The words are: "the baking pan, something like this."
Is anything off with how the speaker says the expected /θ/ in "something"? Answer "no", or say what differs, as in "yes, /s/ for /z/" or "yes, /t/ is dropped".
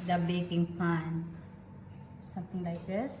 yes, /t/ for /θ/